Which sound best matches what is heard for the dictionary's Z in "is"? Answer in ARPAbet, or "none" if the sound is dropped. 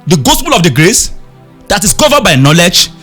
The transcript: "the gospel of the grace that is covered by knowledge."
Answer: S